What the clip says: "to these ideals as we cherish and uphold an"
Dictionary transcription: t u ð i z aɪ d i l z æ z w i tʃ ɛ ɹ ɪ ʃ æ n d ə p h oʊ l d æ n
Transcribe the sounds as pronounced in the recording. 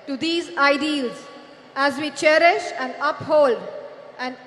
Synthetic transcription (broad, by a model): t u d i z aɪ d i l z æ z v i tʃ ɛ ɹ ɪ ʃ æ n d ə p h oʊ l d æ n